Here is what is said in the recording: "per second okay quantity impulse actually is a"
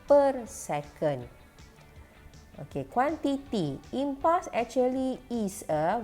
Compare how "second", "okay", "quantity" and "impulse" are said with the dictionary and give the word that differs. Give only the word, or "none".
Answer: impulse